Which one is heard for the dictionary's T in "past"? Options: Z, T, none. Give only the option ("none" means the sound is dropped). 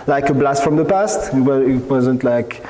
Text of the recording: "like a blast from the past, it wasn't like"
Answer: T